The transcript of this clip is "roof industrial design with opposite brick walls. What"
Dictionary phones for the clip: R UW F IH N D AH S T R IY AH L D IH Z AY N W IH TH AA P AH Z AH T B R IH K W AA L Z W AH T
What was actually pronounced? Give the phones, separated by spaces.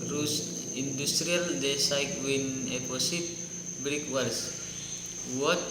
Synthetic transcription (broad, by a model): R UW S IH N D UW S T R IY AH L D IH S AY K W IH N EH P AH S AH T B R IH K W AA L S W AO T